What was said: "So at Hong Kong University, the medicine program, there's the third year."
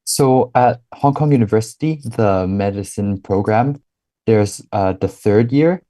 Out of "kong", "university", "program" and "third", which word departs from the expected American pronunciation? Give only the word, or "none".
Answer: none